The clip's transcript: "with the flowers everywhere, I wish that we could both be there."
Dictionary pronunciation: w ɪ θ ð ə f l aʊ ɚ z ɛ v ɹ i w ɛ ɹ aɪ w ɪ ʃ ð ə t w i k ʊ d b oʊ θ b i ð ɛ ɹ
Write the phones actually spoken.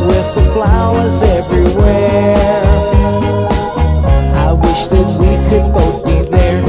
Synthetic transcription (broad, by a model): w ɪ ð ə f l aʊ ɚ z ɛ v ɹ i w ɛ ɹ aɪ w ɪ ʃ ð ə t w i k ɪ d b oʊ t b i ð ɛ ɹ